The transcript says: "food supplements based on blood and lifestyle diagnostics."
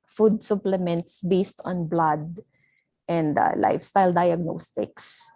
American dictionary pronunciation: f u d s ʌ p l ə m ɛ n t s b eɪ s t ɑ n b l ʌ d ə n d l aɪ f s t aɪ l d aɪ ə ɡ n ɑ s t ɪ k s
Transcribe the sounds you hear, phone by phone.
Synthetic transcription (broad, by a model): f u d s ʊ p l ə m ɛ n t s b eɪ s t ɑ n b l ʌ d ə n d l aɪ f s t aɪ l d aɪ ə ɡ n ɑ s t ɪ k s